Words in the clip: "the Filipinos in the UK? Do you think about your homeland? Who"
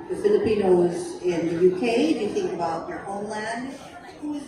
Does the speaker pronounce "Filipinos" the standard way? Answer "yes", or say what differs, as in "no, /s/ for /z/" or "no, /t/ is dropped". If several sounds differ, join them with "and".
yes